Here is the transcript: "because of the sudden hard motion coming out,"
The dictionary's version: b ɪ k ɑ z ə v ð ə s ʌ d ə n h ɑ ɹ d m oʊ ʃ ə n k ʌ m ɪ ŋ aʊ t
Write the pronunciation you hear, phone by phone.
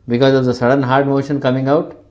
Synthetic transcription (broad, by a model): b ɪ k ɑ z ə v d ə s ʌ d ə n h ɑ ɹ d m oʊ ʃ ə n k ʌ m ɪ ŋ aʊ t